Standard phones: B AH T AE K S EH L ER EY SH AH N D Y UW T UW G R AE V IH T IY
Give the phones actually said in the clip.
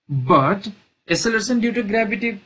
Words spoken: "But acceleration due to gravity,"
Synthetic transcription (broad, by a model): B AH T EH S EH L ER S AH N D Y UW T UW G R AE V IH T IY